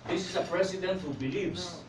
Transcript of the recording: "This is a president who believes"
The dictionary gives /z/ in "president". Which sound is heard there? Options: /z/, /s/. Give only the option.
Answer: /s/